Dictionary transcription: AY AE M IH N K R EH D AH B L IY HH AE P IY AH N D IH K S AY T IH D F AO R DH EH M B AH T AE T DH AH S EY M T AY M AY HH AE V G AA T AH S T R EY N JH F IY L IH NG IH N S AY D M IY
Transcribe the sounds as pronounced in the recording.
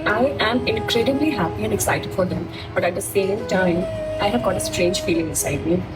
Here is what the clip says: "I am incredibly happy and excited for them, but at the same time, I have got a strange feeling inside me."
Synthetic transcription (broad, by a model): AY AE M IH N K R EH D AH B L IY HH AE P IY AH N D IH K S AY T IH D F AO R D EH M B AH T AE T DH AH S EY M T AY M AY HH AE V G AA T AH S T R EY N JH F IY L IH NG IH S AY D M IY